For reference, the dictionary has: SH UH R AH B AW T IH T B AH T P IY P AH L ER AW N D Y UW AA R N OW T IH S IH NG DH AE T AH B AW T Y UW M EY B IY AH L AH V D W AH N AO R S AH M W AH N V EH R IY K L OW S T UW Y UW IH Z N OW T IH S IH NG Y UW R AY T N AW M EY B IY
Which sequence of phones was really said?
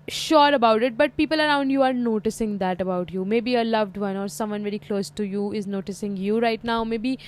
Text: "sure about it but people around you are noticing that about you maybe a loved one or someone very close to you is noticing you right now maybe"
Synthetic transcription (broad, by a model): SH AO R AH B AW T IH T B AH T P IY P AH L ER AW N D Y UW AA R N OW T IH S IH NG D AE T AH B AW T Y UW M EY B IY AH L AH V D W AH N AO R S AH M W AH N V EH R IY K L OW S T UW Y UW IH Z N OW T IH S IH NG Y UW R AY T N AW M EY B IY